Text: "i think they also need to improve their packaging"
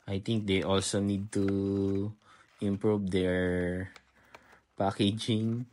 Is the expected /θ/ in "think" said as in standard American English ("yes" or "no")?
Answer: no